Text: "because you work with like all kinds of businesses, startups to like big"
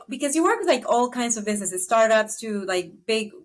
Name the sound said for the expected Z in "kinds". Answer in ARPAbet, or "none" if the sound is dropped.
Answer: Z